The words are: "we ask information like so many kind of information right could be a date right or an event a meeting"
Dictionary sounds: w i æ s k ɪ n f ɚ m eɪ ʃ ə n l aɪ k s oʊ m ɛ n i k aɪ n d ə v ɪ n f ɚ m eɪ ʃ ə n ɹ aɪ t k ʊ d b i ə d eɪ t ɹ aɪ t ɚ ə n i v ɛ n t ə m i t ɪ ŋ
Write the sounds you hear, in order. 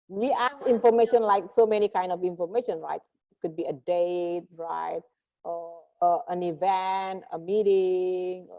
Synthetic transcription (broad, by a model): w i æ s ɪ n f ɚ m eɪ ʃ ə n l aɪ k s oʊ m ɛ n i k aɪ n d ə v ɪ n f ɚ m eɪ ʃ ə n ɹ aɪ t k ʊ d b i ə d eɪ t ɹ aɪ t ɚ ə n i v ɛ n t ə m i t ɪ ŋ